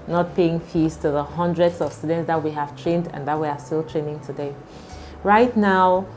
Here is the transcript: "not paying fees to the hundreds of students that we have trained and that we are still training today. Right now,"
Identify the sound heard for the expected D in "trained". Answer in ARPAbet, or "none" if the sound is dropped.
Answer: D